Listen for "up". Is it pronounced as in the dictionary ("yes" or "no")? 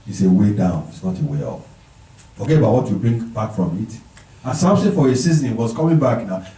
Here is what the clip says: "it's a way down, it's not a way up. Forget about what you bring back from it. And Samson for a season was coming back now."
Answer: no